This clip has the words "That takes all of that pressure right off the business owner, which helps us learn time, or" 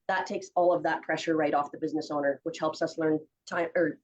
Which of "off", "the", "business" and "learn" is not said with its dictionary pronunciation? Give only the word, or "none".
none